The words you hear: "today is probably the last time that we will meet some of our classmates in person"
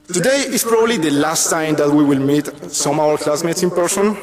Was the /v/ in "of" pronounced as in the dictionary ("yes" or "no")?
no